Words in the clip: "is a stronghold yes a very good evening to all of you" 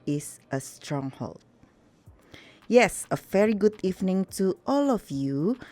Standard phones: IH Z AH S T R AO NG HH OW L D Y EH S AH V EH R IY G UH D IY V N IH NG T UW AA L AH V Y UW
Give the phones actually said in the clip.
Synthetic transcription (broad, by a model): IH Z AH S T R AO NG HH OW L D Y EH S AH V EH R IY G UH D IY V N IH NG T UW AA L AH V Y UW